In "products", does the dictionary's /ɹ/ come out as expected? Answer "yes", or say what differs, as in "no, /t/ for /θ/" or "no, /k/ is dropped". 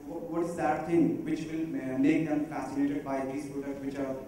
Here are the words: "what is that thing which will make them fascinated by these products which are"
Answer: no, /ɹ/ is dropped